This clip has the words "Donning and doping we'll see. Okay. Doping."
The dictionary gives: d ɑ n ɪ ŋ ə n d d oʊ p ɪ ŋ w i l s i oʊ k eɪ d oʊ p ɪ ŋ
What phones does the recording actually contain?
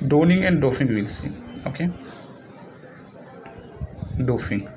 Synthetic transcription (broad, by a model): d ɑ n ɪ ŋ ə n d d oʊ f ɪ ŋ w i l s i oʊ k eɪ d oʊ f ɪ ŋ